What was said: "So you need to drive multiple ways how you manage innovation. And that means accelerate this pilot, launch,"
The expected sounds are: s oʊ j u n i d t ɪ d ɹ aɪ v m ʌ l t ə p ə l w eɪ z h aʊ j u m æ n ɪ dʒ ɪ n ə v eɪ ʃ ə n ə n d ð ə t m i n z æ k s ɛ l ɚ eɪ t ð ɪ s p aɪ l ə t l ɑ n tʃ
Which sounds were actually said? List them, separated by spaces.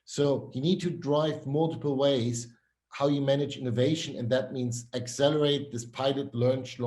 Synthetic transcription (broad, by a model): s oʊ j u n i d t ɪ d ɹ aɪ v m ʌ l t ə p l w eɪ z h aʊ j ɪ m æ n ɪ dʒ ɪ n ə v eɪ ʃ ə n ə n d ð ə t m i n z æ k s ɛ l ɚ eɪ t ð ɪ s p aɪ l ə t l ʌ n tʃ